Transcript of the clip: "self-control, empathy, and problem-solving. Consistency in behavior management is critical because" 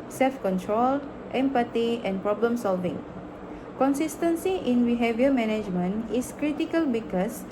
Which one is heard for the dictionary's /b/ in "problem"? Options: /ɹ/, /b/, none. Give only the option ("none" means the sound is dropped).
/b/